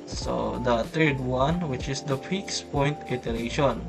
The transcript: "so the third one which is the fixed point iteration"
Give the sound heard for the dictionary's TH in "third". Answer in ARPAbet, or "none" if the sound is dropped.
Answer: T